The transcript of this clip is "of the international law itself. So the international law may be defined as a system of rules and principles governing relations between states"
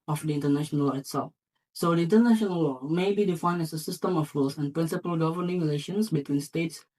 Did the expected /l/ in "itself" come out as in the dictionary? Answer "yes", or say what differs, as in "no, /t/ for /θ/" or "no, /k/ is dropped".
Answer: yes